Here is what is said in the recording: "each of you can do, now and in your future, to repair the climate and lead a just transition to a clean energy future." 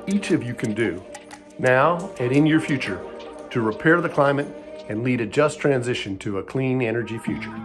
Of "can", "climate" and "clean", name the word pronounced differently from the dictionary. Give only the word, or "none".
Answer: none